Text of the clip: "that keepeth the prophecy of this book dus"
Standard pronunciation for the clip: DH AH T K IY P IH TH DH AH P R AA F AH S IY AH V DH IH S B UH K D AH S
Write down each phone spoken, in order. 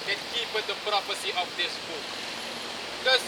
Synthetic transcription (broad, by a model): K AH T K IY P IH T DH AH P R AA P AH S IY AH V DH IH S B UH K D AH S